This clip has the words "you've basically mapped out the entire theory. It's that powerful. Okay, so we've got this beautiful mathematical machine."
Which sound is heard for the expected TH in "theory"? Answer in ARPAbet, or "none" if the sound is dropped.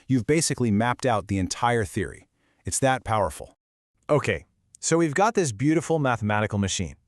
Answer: TH